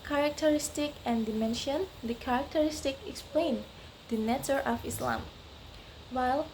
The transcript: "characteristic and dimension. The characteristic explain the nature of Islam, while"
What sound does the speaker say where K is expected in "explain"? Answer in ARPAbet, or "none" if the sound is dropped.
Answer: K